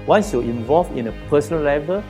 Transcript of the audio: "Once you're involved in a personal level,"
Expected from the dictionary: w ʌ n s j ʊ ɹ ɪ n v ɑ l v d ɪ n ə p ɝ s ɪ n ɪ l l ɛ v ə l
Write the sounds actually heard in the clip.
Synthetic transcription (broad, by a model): w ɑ n s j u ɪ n v ɑ l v ɪ n ə p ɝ s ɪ n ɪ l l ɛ v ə l